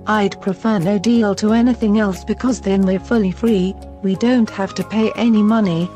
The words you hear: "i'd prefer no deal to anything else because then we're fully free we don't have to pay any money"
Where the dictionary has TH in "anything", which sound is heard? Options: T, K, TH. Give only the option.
TH